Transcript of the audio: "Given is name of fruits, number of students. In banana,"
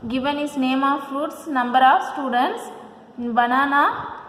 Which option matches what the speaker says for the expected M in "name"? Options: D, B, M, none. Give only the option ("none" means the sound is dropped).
M